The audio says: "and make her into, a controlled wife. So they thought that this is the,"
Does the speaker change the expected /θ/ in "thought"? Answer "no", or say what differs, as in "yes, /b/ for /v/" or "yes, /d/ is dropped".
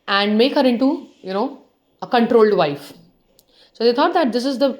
yes, /t/ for /θ/